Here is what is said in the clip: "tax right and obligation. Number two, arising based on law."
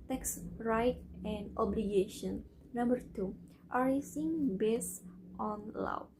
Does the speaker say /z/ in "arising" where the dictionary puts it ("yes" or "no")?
no